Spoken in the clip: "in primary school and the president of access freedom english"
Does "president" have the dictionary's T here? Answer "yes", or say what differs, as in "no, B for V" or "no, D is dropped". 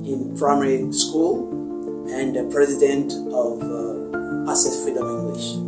yes